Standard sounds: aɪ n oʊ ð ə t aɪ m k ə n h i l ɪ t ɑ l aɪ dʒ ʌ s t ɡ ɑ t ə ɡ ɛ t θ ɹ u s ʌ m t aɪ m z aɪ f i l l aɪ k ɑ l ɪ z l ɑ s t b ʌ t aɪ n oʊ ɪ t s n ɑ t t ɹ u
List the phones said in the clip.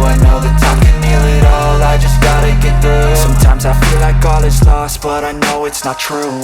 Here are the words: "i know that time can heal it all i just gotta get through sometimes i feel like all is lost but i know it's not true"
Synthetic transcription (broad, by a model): aɪ n oʊ ð ə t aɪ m k ə n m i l ɪ t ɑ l aɪ dʒ ʌ s ɡ ɑ t ə ɡ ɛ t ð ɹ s s ʌ m t aɪ m z aɪ f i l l aɪ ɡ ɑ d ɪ s l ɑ s t b ʌ t aɪ n oʊ ɪ t s n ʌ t t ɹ u